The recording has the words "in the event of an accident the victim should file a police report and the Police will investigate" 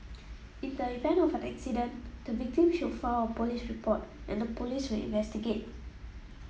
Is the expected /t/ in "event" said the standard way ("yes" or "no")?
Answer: no